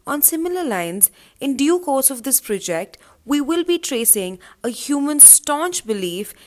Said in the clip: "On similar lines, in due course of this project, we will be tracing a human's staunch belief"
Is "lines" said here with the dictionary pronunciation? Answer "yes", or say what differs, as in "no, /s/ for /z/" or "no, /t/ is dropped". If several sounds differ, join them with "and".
yes